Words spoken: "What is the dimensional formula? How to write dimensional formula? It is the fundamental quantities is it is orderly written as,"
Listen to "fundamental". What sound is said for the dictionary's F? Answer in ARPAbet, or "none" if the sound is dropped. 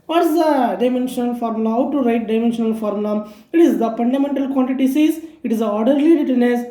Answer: P